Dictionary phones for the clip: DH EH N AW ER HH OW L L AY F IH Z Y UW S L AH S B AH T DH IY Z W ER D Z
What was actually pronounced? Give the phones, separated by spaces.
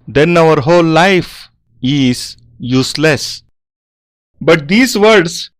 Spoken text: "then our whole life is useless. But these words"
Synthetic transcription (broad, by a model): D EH N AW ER HH OW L L AY F IH Z Y UW S L AH S B AH T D IY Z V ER D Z